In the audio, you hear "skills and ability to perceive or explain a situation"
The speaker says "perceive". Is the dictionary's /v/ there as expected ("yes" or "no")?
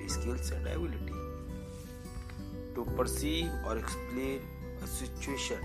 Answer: no